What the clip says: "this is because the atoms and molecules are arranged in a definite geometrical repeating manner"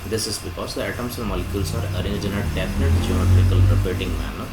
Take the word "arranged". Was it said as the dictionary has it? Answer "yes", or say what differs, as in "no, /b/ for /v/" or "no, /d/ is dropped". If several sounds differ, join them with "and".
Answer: no, /d/ is dropped